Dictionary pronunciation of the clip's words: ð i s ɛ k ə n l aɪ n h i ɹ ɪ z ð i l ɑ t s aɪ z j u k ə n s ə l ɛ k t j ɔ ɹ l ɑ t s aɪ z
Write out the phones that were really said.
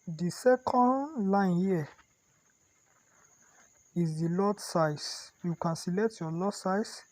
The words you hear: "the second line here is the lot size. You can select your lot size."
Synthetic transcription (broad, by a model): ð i s ɛ k ə n l aɪ n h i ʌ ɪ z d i l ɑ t s aɪ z j u k ə n s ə l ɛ t j ɔ l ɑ s aɪ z